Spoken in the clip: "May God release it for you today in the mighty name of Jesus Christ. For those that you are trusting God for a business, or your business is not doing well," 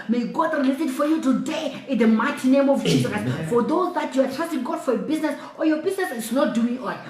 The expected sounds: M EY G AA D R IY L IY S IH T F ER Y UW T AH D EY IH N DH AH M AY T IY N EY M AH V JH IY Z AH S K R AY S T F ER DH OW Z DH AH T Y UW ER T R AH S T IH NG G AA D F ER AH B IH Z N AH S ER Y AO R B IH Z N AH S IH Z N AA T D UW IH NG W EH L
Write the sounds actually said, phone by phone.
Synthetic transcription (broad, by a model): M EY G AA D R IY L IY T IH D F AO Y UW T AH D EY IH N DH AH M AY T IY N EY M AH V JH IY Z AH K AY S F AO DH OW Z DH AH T Y UW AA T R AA S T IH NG G AA D F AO AH B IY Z N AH S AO Y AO B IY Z N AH S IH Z N AA T D UW IH NG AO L